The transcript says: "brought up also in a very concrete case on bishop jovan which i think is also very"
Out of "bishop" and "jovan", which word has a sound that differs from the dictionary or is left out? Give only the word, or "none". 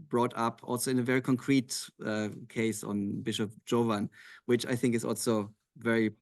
none